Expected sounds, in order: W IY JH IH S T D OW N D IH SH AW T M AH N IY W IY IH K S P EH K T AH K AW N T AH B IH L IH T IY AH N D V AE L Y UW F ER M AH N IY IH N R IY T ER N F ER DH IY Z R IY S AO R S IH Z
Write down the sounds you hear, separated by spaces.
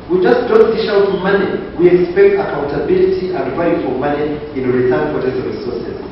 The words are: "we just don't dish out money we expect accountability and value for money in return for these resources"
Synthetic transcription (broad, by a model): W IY JH IH S T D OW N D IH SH AW T M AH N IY W IY IH K S P EH K T AH K AW N T AH B IH L IH T IY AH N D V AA Y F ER M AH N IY IH N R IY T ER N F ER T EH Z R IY S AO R S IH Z